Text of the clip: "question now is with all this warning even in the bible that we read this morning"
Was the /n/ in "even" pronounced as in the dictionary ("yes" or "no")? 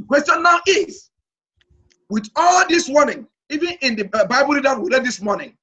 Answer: yes